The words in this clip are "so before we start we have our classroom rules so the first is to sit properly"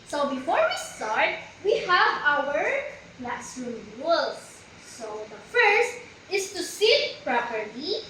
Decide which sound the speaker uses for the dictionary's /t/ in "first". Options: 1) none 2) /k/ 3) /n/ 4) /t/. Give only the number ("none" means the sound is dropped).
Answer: 4